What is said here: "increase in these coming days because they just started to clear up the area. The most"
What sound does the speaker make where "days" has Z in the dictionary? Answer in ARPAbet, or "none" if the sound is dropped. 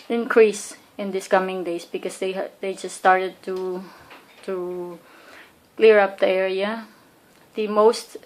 S